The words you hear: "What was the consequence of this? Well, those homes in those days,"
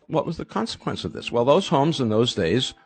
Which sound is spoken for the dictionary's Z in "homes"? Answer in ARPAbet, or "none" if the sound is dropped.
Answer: Z